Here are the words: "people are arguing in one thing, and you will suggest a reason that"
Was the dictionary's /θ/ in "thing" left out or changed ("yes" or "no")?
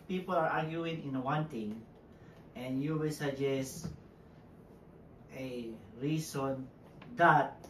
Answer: yes